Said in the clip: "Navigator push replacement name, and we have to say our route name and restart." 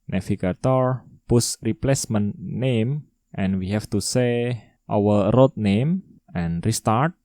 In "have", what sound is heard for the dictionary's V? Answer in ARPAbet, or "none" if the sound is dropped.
F